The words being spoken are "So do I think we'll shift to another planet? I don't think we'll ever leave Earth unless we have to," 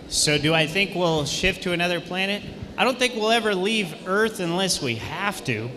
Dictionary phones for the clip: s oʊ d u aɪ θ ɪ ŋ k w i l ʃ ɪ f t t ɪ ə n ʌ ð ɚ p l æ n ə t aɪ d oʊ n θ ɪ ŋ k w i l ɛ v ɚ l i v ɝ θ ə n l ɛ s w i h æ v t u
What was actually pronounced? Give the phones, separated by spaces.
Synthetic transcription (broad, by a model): s oʊ d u aɪ θ ɪ ŋ k w i l ʃ ɪ f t t ɪ ə n ʌ ð ɚ p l æ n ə t aɪ d oʊ n θ ɪ ŋ k w i l ɛ v ɚ l i v ɝ θ ə n l ɛ s w i h æ f t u